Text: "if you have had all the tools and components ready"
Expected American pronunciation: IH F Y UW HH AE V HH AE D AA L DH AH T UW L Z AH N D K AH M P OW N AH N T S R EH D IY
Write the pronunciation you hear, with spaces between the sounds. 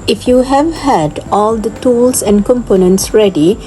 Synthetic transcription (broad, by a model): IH F Y UW HH AE V HH AE D AA L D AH T UW L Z AH N D K AH M P OW N AH N T S R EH D IY